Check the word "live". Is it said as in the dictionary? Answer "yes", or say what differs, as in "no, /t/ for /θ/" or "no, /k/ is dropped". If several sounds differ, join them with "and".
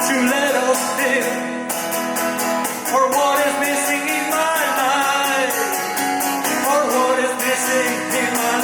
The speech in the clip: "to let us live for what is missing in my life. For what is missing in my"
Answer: no, /p/ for /v/